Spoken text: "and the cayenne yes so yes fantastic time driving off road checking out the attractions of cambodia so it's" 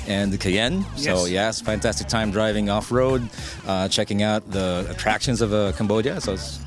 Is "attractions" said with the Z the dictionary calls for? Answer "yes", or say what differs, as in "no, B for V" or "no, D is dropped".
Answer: yes